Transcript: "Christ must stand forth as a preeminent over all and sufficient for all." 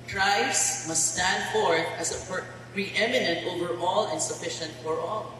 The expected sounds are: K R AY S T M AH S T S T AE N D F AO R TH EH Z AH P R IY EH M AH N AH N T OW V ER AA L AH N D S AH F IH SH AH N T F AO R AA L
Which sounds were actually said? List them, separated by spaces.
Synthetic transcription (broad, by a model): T R AY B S M AH S T S T AE N D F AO R S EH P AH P R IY EH M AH N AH N T OW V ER AA L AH N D S AH F IH SH AH N T F AO R AA L